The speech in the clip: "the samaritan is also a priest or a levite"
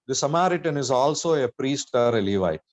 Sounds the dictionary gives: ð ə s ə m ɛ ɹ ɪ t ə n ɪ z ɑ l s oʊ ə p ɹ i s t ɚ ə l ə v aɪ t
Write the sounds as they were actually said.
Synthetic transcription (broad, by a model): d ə s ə m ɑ ɹ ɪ t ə n ɪ z ɑ l s oʊ ə p ɹ i s t ɚ ə l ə v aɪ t